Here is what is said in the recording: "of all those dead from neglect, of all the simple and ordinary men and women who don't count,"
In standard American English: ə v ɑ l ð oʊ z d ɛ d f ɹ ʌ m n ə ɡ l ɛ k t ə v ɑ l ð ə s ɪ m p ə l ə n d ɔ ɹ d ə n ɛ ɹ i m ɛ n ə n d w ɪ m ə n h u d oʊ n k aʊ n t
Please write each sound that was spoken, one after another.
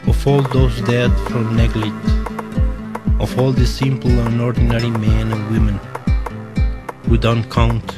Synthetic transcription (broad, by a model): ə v ɑ l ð oʊ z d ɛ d f ɹ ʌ m n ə ɡ l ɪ t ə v ɑ l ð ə s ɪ m p l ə n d ɔ ɹ d n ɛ ɹ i m ɛ n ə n w ɪ m ə n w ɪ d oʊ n k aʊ n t